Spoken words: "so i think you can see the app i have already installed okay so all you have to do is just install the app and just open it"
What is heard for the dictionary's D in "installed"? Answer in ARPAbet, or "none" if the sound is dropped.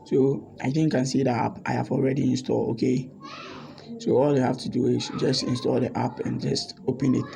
none